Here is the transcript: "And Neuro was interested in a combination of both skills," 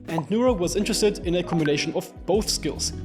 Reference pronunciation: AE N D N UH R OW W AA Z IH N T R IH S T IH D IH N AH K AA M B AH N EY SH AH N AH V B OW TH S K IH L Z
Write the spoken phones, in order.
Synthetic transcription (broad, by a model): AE N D N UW R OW W AA Z IH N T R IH S T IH D IH N AH K AA M B AH N EY SH AH N AH V B OW TH S K IH L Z